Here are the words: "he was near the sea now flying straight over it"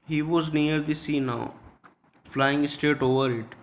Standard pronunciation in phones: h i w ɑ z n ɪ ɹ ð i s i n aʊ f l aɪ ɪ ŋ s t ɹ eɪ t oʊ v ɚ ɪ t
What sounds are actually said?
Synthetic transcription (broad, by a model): h i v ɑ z n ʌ ɹ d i s i n aʊ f l aɪ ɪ ŋ s t eɪ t oʊ v ɚ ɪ t